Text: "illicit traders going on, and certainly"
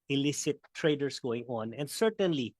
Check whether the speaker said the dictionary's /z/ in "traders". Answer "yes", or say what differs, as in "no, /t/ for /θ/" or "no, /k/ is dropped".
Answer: no, /s/ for /z/